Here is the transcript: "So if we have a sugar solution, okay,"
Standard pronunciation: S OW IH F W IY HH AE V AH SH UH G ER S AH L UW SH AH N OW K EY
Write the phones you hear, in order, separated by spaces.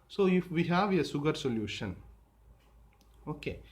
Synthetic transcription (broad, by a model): S OW IH F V IY HH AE V AH S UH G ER S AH L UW SH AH N OW K EY